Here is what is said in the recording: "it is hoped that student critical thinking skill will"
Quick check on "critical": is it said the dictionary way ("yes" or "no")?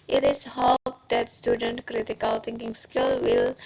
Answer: yes